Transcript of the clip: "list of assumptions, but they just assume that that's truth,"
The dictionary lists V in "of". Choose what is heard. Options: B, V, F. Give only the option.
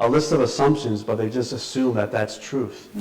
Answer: V